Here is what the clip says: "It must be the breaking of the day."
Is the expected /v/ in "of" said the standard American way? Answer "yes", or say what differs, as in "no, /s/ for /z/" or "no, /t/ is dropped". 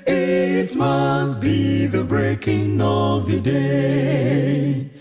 yes